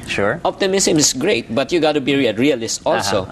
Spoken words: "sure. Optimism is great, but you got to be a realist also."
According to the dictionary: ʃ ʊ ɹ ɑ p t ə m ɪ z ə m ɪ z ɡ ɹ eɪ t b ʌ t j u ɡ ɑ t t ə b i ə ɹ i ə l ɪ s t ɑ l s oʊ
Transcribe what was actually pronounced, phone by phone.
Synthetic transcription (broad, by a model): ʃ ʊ ɹ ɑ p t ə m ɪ s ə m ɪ s ɡ ɹ eɪ t b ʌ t j u ɡ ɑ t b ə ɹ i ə ɹ i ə l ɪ s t ɑ l s oʊ